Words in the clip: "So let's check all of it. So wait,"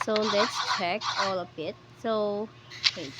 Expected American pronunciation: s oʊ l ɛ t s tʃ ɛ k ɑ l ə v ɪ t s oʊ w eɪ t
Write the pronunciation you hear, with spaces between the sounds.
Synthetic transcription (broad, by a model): s oʊ l ɛ t s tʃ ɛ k ɑ l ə b ɪ t s oʊ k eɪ